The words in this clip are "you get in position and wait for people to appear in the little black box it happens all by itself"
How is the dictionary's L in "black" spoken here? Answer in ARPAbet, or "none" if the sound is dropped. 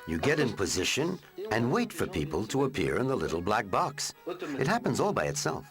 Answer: L